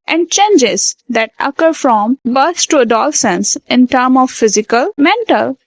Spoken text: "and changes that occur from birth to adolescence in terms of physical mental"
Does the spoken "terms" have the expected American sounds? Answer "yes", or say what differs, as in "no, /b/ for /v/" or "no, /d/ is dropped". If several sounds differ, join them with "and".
no, /z/ is dropped